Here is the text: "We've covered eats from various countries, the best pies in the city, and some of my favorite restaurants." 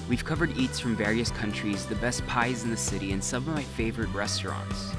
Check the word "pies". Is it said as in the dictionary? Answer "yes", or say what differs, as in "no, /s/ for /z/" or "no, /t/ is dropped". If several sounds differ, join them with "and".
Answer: yes